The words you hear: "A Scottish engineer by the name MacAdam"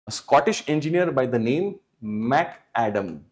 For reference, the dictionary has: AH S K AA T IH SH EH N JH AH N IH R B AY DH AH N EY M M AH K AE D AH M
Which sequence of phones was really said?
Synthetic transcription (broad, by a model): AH S K AA T IH SH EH N JH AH N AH R B AY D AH N EY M M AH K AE D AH M